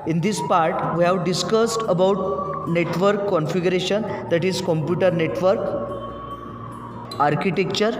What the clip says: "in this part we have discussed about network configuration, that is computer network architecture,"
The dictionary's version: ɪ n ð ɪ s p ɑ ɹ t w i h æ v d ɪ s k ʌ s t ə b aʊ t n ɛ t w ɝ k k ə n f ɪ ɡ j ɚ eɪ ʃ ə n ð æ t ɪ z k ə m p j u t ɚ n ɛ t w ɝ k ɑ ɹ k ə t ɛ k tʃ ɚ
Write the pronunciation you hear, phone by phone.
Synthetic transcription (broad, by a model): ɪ n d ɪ s p ɑ ɹ t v i h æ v d ɪ s k ʌ s t ə b aʊ t n ɛ t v ɝ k k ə n f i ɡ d eɪ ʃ ə n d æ t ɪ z k ə m p j u t ɚ n ɛ t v ɝ k ɑ ɹ k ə t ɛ k tʃ ɚ